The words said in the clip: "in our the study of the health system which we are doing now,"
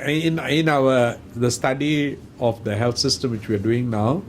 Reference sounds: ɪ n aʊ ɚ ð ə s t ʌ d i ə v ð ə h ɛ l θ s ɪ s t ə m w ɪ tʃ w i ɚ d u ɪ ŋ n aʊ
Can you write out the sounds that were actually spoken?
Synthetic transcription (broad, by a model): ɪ n aʊ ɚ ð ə s t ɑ d i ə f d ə h ɛ l t s ɪ s t ə m w ɪ tʃ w i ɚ d u ɪ ŋ n aʊ